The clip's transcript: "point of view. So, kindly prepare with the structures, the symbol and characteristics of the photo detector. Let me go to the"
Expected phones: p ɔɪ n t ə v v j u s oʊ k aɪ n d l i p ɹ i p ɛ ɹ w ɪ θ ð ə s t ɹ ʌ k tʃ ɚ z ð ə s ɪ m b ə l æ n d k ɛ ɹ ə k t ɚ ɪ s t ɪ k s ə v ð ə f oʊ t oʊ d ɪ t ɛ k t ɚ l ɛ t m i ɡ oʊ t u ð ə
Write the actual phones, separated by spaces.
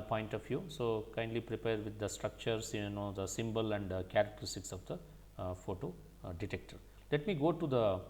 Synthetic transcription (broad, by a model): p ɔɪ n t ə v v j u s oʊ k aɪ n d l i p ɹ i p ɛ ɹ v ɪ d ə s t ɹ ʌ k tʃ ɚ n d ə s ɪ m b ə l æ n d k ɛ ɹ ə k t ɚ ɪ s t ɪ k s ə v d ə f oʊ t oʊ d ɪ t ɛ k t ɚ l ɛ t m i ɡ oʊ t u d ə